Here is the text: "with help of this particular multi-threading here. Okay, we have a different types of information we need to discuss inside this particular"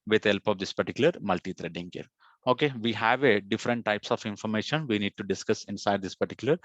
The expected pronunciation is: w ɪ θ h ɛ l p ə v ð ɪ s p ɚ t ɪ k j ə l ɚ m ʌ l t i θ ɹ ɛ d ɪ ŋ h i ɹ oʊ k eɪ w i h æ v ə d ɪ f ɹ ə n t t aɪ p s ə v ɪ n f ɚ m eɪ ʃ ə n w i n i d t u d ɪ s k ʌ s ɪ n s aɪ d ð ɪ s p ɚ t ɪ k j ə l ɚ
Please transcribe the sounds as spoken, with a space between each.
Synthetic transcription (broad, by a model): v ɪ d h ɛ l p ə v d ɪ s p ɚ t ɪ k j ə l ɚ m ʌ l t i t ɹ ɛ d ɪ ŋ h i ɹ oʊ k eɪ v i h æ v ə d ɪ f ɹ ə n t t aɪ p s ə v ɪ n f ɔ m eɪ ʃ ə n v i n i d t u d ɪ s k ʌ s ɪ n s aɪ d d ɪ s p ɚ t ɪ k j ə l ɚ